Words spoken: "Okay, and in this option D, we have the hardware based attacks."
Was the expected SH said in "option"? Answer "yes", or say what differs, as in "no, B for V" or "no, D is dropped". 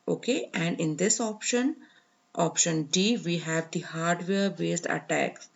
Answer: yes